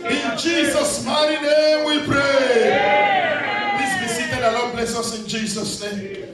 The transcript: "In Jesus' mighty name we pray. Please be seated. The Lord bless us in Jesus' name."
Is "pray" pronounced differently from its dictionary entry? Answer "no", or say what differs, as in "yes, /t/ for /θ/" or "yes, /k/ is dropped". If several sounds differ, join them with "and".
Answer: no